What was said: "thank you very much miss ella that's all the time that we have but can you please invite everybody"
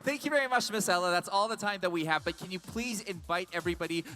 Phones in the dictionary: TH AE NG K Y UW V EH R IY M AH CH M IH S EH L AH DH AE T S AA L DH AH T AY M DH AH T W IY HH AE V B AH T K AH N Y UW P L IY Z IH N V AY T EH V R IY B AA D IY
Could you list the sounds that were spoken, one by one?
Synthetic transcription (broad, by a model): TH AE NG K Y UW V EH R IY M AH CH M IH S EH L AH DH AE T S AA L DH AH T AY M DH AH T W IY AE V B AH T K AH N Y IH P L IY Z IH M V AY T EH V R IY B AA D IY